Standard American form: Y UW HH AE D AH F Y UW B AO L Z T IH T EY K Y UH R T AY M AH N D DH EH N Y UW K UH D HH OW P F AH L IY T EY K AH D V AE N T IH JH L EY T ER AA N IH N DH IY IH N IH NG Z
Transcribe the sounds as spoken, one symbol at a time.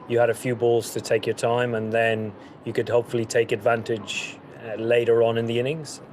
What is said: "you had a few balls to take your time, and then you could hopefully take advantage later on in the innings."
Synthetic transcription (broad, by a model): Y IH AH D AH F Y UW B AO L Z T IH T EY K Y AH R T AY M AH N DH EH N Y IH K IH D HH OW P F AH L IY T EY K AH D V AE N T IH JH L EY T ER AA N IH N DH IY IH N IH NG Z